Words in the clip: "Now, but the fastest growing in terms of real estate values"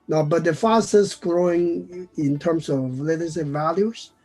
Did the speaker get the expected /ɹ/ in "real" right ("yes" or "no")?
no